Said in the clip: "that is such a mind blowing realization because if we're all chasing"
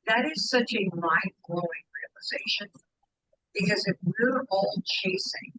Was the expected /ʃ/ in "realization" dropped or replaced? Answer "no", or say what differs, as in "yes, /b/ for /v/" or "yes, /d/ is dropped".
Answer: no